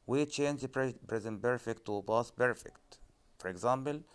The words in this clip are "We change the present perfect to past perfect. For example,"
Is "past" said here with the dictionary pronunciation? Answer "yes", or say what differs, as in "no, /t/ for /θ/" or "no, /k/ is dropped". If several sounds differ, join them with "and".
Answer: no, /b/ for /p/